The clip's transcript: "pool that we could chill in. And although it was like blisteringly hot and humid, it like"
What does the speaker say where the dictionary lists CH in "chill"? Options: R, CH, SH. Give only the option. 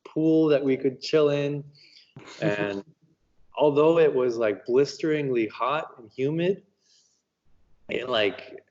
CH